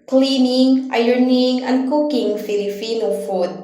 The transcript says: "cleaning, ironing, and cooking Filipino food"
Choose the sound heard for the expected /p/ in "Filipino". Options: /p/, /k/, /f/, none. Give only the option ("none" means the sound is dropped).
/f/